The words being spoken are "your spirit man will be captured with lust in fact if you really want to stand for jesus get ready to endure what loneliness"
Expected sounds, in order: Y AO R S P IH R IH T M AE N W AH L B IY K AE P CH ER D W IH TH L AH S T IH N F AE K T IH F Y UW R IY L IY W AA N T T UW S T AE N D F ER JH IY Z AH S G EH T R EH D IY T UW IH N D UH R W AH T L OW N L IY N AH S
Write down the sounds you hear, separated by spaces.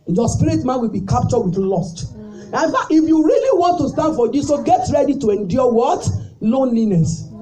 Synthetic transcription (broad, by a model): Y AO S P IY R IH T M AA N W AH L B IY K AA P CH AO D W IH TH L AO S T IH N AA T IH F Y UW R IY L IY W AA N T T UW S T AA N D F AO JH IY S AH G EH T R EH D IY T UW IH N D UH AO W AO T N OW N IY N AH S